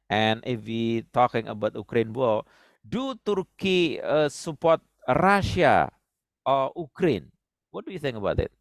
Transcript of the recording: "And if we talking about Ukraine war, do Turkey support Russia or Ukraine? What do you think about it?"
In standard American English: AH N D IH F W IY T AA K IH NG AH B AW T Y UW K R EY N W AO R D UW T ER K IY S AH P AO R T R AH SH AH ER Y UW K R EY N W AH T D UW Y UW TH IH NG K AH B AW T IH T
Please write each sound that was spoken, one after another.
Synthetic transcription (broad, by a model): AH N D IH F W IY T AA K IH NG AH B AW T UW K R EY N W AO L D UW T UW K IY S AH P AO R T R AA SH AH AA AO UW K R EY N W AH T D UW Y UW TH IH NG K AH B AW T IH T